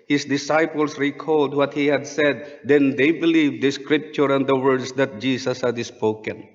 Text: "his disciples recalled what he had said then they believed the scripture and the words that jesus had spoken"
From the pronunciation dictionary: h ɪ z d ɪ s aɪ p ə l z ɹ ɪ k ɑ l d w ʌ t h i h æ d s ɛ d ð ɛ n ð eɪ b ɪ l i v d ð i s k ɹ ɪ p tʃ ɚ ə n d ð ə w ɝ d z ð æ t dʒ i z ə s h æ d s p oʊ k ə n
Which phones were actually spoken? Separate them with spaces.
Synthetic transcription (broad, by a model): h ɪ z d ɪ s aɪ p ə l s ɹ ɪ k ɑ l d w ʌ t h i h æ d s ɛ d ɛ n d eɪ b ɪ l i v d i s k ɹ ɪ p tʃ ɚ ə n d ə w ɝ d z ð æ t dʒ i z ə s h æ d s p oʊ k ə n